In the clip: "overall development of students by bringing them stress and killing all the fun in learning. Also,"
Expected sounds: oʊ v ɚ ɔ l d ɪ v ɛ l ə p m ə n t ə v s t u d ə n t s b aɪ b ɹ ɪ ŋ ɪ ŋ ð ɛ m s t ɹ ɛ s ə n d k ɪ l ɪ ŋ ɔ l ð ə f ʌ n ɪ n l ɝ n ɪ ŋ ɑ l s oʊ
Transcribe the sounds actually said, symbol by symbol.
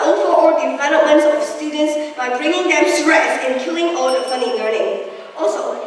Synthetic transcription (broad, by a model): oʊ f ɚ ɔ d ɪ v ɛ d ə m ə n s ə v s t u d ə n t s b aɪ b ɹ ɪ ŋ ɪ ŋ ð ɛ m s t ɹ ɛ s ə n k ɪ l ɪ ŋ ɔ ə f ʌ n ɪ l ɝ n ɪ ŋ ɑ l s oʊ